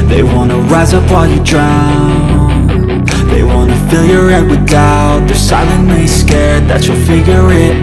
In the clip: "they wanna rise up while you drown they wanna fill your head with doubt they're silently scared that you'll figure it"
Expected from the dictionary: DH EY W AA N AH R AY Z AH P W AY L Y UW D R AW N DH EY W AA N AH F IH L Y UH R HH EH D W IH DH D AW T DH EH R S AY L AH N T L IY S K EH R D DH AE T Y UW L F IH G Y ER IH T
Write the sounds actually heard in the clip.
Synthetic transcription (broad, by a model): DH EY W AA N AH R AY Z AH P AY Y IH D R AW N DH EY W AA N AH F IH L Y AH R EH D W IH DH AW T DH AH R S AY L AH N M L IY S K EH R D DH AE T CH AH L F IH G Y ER IH T